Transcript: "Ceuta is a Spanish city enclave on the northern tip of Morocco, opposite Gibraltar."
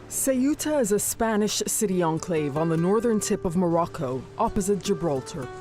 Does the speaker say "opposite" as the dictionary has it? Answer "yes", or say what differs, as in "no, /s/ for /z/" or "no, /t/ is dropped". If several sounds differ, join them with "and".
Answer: yes